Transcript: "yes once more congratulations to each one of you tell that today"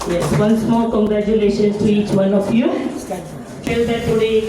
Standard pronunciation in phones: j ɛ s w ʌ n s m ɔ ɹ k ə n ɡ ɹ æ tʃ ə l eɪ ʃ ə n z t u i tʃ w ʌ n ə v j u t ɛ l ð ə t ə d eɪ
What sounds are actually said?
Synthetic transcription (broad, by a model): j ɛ s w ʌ n s m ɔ l k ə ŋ ɡ ɹ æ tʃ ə l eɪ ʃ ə n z t u i tʃ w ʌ n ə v j u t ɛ l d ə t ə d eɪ